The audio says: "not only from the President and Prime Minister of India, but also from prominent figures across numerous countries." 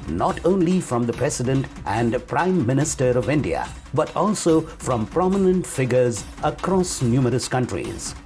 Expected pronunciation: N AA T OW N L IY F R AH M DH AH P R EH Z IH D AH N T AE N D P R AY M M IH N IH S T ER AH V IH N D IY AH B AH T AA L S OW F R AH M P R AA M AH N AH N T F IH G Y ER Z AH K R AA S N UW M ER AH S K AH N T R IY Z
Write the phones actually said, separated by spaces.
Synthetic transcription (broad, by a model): N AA T OW N L IY F R AH M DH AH P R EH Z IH D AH N T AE N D P R AY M M IH N IH S T ER AH V IH N D IY AH B AH T AA L S OW F R AH M P R AA M AH N AH N T F IH G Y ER Z AH K R AA S N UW M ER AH S K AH N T R IY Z